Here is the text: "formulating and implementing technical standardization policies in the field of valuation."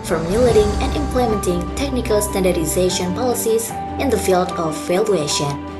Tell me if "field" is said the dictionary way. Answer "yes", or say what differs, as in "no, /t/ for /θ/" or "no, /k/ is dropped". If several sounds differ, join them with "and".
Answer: yes